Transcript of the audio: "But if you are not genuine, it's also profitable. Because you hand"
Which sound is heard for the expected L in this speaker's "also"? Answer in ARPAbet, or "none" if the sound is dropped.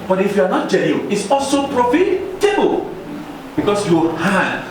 L